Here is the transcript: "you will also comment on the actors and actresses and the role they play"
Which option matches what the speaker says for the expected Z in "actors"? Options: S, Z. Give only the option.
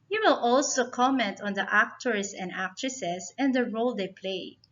S